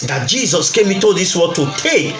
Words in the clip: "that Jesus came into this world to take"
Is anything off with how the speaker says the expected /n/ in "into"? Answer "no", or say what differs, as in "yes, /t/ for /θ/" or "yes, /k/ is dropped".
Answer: yes, /n/ is dropped